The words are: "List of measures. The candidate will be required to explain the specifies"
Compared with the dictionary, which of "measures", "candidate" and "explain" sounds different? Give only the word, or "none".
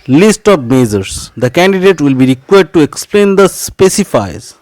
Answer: measures